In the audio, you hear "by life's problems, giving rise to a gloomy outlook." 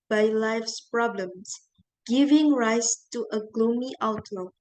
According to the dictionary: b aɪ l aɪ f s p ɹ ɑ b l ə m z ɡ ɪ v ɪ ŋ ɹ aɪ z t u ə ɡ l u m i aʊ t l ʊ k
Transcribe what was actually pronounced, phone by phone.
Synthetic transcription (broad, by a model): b aɪ l aɪ f s p ɹ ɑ b l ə m s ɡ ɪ v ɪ ŋ ɹ aɪ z t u ə ɡ l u m i aʊ t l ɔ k